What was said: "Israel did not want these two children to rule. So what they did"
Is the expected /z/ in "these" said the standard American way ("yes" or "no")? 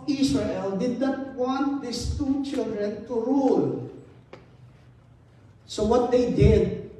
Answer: no